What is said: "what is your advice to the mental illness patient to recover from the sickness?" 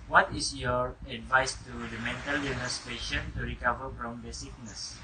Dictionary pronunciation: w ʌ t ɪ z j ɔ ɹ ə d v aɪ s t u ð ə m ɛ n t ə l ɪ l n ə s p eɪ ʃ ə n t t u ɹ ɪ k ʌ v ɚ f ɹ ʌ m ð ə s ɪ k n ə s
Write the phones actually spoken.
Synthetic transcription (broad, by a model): w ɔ t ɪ s j ɔ ɹ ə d v aɪ s t u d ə m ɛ n t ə l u n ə s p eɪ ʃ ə n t t u ɹ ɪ k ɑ v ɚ f ɹ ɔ m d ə s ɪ k n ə s